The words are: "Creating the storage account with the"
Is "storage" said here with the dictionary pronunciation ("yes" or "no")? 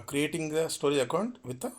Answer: no